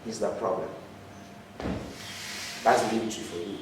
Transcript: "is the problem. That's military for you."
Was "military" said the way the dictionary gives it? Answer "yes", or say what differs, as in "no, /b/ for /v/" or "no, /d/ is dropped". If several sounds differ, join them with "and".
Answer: no, /l/ is dropped